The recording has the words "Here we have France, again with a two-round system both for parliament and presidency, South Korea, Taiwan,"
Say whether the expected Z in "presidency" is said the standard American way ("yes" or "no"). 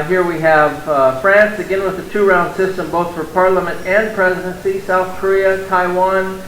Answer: yes